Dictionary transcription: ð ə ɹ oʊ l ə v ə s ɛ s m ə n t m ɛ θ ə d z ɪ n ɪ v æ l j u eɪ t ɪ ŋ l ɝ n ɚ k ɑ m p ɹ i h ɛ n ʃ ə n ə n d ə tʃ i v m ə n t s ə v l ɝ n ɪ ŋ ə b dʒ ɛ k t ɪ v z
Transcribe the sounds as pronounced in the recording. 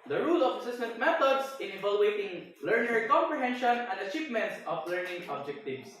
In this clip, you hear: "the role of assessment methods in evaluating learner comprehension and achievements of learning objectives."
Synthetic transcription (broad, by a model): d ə ɹ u l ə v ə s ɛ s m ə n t m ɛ t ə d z ɪ n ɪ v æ l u eɪ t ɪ ŋ l ɝ n ɚ k ɑ m p ɹ i h ɛ n ʃ ə n ə n d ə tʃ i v m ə n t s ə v l ɝ n ɪ ŋ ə b dʒ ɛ k t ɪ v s